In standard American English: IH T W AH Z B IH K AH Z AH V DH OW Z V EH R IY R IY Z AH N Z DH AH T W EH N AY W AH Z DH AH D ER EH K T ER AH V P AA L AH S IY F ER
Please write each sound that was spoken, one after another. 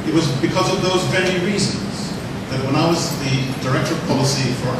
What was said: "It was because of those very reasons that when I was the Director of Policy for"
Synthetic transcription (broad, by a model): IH T W AH Z B IH K AH Z AH V DH OW Z V EH R IY R IY Z AH N Z DH AH T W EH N AY W AH Z DH AH D ER EH K T ER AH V P AA L AH S IY F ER